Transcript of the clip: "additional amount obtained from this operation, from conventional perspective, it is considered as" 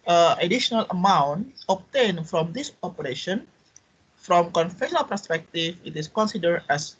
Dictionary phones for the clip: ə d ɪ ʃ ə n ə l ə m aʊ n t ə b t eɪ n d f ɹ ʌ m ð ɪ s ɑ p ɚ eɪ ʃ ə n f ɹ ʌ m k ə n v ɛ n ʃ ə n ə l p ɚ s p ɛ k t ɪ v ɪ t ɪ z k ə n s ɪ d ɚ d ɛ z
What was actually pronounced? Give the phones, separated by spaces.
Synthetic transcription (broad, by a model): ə d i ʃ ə n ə l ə m aʊ n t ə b t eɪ n f ɹ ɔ m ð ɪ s ɑ p ɚ eɪ ʃ ə n f ɹ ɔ m k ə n f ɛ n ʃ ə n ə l p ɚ s p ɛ k t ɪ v ɪ t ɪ s k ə n s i d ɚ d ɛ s